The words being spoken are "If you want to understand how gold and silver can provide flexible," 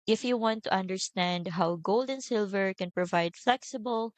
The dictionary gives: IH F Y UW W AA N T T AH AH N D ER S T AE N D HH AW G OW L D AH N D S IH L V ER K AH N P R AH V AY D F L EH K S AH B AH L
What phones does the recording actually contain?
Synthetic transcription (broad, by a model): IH F Y UW W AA N T T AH AH N D ER S T AE N D HH AW G OW L D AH N S IH L V ER K AH N P R AH V AY D F L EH K S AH B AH L